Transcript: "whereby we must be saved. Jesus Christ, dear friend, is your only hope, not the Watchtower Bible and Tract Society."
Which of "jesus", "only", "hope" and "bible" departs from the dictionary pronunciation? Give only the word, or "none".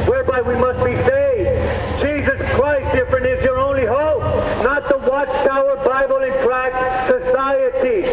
none